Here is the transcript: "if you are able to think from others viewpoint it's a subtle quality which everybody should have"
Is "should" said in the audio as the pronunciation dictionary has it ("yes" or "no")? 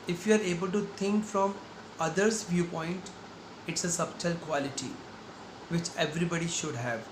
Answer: yes